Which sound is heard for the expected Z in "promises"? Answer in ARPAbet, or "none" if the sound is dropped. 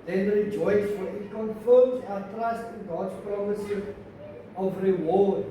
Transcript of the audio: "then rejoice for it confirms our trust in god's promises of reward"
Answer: none